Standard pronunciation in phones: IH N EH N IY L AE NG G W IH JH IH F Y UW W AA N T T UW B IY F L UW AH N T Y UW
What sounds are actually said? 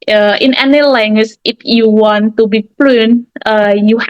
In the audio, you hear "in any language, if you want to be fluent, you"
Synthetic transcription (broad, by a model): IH N EH N IY L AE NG G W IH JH IH F Y UW W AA N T T UW B IY P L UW N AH Y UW